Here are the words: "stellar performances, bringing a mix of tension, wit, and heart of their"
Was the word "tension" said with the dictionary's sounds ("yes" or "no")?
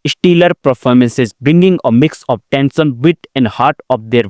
no